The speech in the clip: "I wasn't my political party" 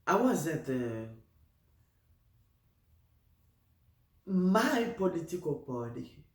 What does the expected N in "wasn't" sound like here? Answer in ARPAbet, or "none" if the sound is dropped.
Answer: none